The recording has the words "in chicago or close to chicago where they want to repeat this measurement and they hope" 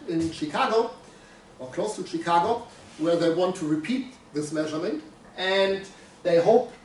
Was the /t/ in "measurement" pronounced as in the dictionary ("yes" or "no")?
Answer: yes